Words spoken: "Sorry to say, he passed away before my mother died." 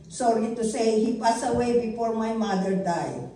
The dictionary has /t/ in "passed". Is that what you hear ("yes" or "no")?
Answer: no